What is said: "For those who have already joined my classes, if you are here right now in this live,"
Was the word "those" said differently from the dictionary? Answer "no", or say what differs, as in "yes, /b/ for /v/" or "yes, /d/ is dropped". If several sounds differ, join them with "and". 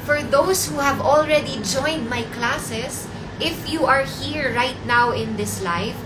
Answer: yes, /s/ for /z/